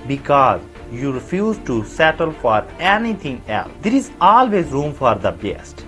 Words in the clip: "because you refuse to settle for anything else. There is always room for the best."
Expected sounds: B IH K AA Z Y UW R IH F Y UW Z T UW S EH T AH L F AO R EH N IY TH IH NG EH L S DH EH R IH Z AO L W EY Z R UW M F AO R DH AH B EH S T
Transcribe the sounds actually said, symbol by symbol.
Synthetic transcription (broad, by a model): B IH K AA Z Y UW R IH F Y UW Z T UW S EH T AH L F AO R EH N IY T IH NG EH L S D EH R IH Z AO L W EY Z R UW M F AO R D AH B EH S T